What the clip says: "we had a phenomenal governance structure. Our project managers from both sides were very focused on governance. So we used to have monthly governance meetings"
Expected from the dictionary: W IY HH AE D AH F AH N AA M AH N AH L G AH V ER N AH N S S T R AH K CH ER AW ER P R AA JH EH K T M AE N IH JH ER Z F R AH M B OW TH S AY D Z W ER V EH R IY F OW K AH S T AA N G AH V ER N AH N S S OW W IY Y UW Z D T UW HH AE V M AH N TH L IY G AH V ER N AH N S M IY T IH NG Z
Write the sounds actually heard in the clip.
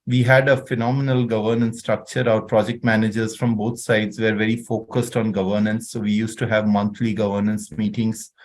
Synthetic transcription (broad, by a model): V IY HH AE D AH F AH N AA M AH N AH L G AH V ER N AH N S S T R AH K CH ER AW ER P R AA JH EH K T M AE N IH JH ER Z F R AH M B OW T S AY D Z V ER V EH R IY F OW K AH S T AA N G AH V ER N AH N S S OW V IY Y UW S T UW HH AE V M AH N T L IY G AH V ER N AH N S M IY T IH NG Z